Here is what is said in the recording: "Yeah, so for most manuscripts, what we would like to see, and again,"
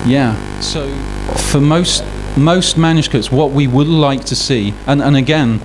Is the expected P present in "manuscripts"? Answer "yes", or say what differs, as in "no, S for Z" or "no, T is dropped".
no, P is dropped